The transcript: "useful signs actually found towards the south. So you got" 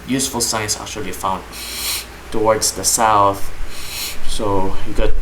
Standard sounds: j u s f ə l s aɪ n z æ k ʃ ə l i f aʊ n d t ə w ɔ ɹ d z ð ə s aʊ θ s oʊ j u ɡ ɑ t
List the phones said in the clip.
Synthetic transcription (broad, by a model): j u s f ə l s aɪ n s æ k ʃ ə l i f aʊ n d t ə w ɔ ɹ d z ð ə s aʊ θ s oʊ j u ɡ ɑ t